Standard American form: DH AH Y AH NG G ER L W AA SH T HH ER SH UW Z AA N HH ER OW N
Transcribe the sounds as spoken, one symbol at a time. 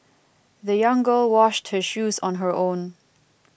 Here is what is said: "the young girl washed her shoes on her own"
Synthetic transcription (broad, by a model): DH AH Y AH NG G ER L W AA SH T HH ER SH UW Z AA N HH ER OW N